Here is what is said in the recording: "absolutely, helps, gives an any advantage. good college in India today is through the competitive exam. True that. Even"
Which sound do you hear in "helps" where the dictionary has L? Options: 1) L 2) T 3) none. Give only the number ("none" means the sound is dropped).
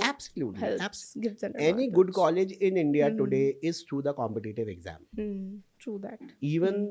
3